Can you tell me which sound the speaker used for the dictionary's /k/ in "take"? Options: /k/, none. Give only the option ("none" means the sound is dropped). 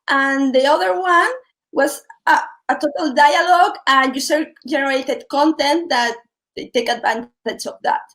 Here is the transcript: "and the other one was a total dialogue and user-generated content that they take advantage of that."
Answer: /k/